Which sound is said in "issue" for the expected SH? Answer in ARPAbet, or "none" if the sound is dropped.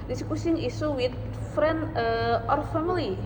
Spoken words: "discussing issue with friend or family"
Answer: S